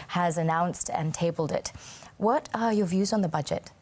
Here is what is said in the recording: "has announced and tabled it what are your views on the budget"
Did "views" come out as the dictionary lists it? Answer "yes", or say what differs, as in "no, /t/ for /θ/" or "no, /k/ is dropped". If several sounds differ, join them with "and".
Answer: yes